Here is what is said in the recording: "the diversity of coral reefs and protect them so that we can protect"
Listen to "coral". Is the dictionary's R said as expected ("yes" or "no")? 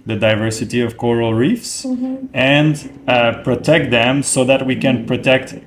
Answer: yes